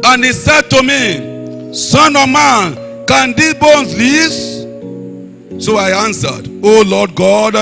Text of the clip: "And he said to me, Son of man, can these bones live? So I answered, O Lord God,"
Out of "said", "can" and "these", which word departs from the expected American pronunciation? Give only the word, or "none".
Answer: these